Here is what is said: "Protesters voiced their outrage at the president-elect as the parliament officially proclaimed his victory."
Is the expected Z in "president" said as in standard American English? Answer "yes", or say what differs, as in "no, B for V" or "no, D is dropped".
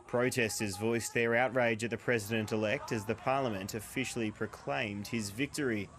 yes